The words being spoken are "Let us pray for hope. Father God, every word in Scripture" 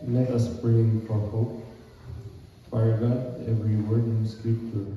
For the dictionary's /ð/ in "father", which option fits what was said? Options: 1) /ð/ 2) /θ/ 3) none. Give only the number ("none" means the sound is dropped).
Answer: 3